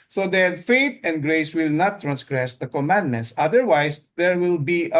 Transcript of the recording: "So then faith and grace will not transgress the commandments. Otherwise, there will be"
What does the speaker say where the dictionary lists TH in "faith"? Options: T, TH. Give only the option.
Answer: T